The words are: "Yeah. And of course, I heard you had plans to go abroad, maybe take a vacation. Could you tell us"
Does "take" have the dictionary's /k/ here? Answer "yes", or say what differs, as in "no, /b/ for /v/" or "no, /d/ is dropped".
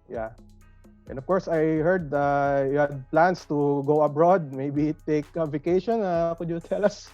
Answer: yes